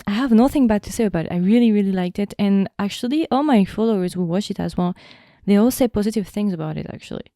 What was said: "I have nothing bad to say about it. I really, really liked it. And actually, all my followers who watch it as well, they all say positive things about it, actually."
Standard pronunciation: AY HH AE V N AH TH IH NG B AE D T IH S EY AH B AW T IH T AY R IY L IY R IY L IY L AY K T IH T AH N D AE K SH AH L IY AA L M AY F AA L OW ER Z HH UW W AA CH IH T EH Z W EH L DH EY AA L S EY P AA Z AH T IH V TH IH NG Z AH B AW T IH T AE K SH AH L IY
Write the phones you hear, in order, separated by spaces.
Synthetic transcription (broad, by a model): AY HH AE V N AH TH IH NG B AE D T IH S EY AH B AW T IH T AY R IY L IY R IY L IY L AY K T IH T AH N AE K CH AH L IY AA L M AY F AA L OW ER Z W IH W AA CH IH T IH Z W EH L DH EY AA L S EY P AA Z AH T IH V TH IH NG Z AH B AW T IH T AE K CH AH L IY